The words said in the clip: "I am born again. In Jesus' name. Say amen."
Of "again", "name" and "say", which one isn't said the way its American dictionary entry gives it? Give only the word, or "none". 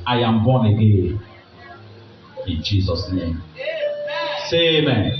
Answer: again